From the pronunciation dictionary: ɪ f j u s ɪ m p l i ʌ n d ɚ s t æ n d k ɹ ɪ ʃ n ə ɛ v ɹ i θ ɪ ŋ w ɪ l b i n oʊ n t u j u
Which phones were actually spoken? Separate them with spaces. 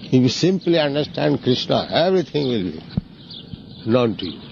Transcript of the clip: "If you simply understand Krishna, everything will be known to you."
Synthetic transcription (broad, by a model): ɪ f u s ɪ m p l i ʌ n d ɚ s t æ n d k ɹ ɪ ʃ n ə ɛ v ɹ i t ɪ ŋ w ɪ l b i n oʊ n t u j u